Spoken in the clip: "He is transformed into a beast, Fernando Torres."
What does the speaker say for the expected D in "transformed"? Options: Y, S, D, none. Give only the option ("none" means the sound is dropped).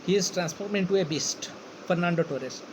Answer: none